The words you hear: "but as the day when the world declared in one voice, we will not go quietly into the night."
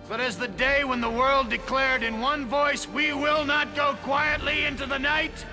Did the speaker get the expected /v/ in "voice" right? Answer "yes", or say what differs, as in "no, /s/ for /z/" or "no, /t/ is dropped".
yes